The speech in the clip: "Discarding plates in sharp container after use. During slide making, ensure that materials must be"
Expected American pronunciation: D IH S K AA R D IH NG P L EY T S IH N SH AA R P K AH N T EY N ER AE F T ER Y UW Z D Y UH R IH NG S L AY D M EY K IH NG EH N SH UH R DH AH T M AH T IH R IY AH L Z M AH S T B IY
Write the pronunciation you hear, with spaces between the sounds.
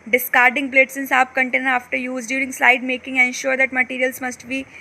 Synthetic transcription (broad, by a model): D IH S K AA R D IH NG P L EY T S IH N S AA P K AH N T EY N ER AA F T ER Y UW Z D Y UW R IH NG S L AY D M EY K IH NG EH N SH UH R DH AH T M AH T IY R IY AH L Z M AH S T B IY